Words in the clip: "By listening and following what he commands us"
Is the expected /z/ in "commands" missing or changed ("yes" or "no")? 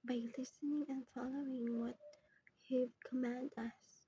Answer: yes